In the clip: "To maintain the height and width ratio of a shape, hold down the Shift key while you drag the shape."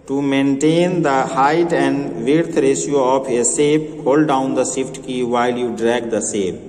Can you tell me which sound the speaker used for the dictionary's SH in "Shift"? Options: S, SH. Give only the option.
S